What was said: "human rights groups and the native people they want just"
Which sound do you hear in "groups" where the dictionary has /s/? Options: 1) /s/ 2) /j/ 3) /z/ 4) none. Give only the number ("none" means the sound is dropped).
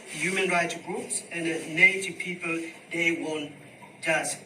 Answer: 1